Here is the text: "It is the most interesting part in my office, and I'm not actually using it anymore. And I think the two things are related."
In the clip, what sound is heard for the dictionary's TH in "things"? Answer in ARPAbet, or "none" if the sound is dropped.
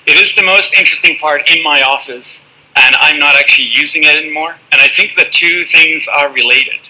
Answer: TH